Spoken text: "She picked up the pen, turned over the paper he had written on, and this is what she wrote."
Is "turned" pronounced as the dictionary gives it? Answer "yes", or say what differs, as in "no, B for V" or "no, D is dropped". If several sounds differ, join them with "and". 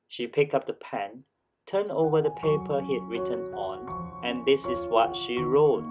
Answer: no, D is dropped